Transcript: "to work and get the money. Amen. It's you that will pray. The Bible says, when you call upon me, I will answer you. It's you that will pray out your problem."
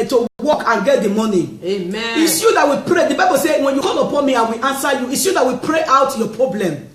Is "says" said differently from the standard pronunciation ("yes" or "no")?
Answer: yes